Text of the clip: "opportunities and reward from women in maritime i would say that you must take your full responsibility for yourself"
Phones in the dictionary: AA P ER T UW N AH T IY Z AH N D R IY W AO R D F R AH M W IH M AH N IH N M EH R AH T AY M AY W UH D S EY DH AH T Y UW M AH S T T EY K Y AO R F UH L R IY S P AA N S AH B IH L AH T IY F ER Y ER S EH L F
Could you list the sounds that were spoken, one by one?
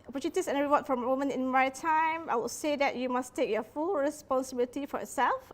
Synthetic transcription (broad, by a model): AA P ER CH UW N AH T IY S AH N R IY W AO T F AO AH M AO M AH N IH N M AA AH T AY M AY W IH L S EY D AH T Y UW M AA S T T EY K Y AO F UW L R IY S P AA N S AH B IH L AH T IY F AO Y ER S EH L F